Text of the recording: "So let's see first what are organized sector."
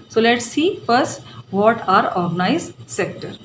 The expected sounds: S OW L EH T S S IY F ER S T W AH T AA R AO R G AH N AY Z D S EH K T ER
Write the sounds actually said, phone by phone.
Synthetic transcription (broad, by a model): S OW L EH T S S IY F ER S T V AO T AA R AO R G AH N AY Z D S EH K T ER